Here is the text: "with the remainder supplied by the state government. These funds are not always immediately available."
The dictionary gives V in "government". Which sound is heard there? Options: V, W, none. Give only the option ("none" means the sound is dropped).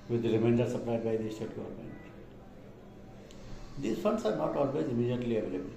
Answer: none